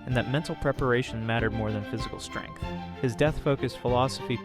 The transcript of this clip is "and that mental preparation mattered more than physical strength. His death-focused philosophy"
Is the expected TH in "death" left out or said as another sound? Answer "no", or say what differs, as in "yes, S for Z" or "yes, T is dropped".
no